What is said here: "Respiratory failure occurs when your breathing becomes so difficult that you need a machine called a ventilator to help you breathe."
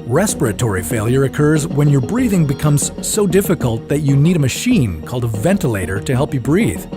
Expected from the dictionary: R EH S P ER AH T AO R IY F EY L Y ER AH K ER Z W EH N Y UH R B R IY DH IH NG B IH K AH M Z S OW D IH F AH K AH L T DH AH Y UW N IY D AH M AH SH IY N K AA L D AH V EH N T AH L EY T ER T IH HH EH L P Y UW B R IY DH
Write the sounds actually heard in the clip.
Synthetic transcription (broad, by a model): R EH S P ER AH T AO R IY F EY L Y ER AH K ER Z W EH N Y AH R B R IY DH IH NG B IH K AH M Z S OW D IH F AH K AH L T DH AH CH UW N IY D AH M AH SH IY N K AA L D AH V EH N T AH L EY T ER T IH HH EH L P Y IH B R IY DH